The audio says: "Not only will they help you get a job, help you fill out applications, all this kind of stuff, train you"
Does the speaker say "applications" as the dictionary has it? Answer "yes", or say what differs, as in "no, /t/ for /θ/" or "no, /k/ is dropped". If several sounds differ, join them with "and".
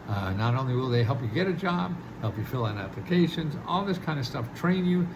yes